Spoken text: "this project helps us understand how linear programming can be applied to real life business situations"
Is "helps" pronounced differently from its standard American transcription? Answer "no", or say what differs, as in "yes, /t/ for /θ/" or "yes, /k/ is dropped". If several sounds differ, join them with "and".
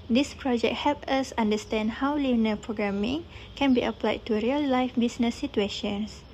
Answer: yes, /s/ is dropped